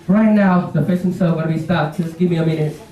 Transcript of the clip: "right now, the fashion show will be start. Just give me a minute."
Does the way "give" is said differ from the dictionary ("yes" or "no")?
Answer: no